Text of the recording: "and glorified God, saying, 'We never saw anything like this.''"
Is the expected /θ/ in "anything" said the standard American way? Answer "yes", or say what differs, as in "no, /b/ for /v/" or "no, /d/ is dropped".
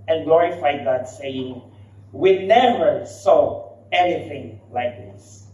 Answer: yes